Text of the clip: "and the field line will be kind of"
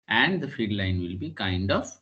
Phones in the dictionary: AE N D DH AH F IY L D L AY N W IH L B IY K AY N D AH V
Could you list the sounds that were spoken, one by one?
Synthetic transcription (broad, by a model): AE N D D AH F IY D L AY N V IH L B IY K AY N D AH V